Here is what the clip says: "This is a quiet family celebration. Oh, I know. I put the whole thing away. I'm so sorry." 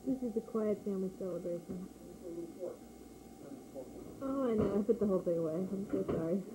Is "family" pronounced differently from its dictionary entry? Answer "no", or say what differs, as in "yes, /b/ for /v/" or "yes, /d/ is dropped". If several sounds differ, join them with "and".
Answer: yes, /m/ is dropped